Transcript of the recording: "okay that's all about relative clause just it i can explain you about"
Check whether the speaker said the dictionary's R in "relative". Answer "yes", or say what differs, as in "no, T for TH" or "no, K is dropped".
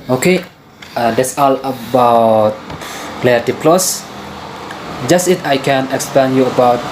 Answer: no, L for R